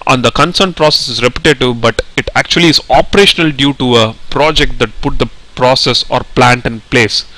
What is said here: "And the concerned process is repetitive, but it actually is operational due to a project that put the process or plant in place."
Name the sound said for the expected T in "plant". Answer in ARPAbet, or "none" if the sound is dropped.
T